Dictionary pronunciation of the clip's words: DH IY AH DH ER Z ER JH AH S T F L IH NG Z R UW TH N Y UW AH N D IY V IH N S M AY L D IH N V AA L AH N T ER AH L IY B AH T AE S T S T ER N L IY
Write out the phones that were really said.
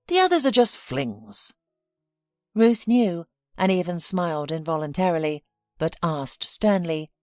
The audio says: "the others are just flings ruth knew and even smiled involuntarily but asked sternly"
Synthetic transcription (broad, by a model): DH IY AH DH ER Z ER JH AH S T F L IH NG Z R UW TH N Y UW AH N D IY V IH N S M AY L D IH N V AA L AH N T ER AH L IY B AH T AE S T S T ER N L IY